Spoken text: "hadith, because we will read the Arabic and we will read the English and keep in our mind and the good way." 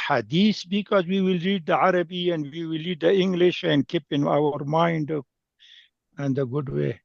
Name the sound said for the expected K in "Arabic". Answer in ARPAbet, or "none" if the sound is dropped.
none